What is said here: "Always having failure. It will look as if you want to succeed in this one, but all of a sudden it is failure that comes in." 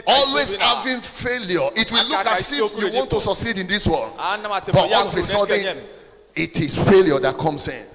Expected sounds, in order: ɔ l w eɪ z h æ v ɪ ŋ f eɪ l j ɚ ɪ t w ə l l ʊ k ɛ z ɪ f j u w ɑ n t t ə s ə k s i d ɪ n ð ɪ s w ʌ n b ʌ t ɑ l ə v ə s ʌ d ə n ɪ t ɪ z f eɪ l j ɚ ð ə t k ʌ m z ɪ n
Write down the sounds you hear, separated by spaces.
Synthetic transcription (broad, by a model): ɔ l w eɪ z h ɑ v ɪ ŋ f eɪ l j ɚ ɪ t w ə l l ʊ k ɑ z ɪ f j u w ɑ n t t ə s ə k s i d ɪ n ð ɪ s w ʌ l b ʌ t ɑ n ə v ə s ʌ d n ɪ t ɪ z f eɪ l j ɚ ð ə t k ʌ m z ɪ n